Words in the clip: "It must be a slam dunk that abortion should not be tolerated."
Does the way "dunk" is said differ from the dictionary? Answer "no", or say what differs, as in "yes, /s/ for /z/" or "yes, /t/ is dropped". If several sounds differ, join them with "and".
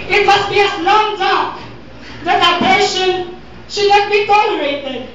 yes, /ŋ/ is dropped